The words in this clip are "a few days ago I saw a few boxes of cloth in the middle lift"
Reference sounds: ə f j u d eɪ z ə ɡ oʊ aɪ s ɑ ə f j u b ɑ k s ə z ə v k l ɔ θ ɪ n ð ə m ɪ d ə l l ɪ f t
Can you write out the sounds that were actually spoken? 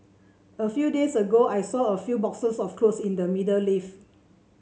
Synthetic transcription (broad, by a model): ə f j u d eɪ s ə ɡ oʊ aɪ s ɑ ə f j u b ɑ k s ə s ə f k l ɔ s ɪ n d ə m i d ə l l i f